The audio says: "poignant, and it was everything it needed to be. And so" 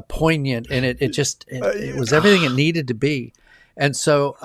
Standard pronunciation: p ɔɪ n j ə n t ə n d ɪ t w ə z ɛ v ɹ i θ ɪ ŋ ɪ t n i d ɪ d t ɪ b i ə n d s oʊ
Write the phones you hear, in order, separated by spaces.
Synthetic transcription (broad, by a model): p ɔɪ n j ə n t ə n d ɪ t w ə z ɛ v ɹ i θ ɪ ŋ ɪ t n i d ɪ d t ɪ b i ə n s oʊ